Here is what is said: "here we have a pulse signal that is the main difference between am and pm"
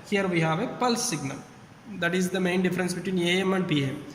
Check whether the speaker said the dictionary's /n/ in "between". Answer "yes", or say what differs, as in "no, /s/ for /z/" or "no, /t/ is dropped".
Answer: yes